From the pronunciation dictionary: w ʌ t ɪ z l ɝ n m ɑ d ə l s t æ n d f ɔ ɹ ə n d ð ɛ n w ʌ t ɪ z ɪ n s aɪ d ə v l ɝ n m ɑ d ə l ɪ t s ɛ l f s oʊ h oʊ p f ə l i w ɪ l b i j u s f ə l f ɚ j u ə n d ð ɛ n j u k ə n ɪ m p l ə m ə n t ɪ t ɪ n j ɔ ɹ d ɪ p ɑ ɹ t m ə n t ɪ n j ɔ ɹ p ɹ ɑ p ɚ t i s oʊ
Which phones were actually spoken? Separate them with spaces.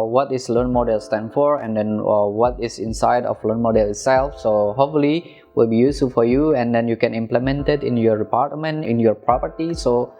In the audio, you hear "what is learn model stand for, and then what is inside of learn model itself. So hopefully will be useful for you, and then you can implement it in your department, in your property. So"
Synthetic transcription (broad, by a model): w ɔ t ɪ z l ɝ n m ɑ d ə l s t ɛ n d f ɔ ɹ ə n d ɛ n w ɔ t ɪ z ɪ n s aɪ d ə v l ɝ n m ɑ d ə l ɪ t s ɛ l f s oʊ h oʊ f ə l i w ɪ l b i j u s f ə l f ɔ j u ə n d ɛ n j u k ə n ɪ m p l ə m ə n t ɪ t ɪ n j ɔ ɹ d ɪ p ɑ ɹ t m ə n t ɪ n j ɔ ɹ p ɹ ɑ p ɚ t i s oʊ